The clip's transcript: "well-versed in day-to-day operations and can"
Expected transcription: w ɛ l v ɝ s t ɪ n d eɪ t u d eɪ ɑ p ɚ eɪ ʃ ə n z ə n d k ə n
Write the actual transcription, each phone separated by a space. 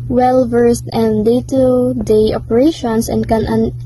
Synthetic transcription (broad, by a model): w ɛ l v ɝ s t ɪ n d eɪ t u d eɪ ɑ p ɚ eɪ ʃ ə n s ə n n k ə n